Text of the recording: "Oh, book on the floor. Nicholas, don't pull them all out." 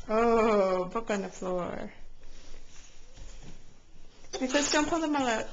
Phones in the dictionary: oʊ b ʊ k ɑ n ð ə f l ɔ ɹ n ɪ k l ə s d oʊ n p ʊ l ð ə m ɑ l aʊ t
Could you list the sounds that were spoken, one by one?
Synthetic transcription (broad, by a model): oʊ b ʊ k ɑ n ð ə f l ɔ ɹ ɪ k ə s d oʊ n p ʊ l ð ə m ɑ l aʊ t